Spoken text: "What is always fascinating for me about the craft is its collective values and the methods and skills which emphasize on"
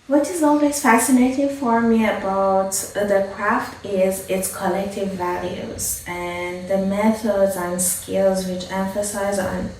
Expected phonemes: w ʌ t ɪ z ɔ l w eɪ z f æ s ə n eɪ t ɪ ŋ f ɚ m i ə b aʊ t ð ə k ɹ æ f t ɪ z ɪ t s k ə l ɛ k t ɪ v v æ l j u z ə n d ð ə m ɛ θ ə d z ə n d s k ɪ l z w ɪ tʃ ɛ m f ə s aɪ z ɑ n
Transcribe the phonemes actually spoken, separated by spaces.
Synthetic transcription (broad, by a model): w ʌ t ɪ z ɔ l w eɪ z f æ s ə n eɪ t ɪ ŋ f ɚ m i ə b aʊ t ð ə k ɹ æ f t ɪ z ɪ t s k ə l ɛ k t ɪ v v æ l j u z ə n ð ə m ɛ θ ə d z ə n s k ɪ l z w ɪ tʃ ɛ m f ə s aɪ z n